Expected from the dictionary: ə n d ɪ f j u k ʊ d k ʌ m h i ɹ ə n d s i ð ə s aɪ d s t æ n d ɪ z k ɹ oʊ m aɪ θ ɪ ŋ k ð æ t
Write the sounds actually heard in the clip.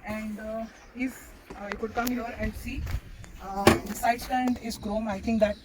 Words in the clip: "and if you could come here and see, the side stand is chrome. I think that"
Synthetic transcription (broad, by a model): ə n d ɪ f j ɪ k ʊ d k ʌ m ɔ ɹ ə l s i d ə s aɪ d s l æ n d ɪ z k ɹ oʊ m aɪ t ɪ ŋ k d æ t